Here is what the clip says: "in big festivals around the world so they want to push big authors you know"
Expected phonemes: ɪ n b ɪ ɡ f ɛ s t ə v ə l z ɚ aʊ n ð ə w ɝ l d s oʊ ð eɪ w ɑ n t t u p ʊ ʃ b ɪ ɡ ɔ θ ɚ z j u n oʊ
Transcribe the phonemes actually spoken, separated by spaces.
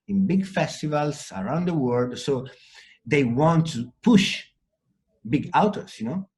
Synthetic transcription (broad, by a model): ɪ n b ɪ ɡ f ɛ s t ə v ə l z ɚ aʊ n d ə w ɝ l d s oʊ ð eɪ w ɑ n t t u p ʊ ʃ b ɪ ɡ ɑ t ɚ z j u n oʊ